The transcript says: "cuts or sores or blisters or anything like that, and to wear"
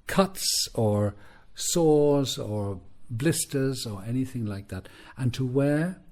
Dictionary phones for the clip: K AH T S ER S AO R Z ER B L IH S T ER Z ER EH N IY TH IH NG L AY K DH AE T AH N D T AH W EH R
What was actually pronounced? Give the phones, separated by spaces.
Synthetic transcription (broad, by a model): K AH T S ER S AO R Z ER B L IH S T ER Z ER EH N IY TH IH NG L AY K DH AE T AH N T AH W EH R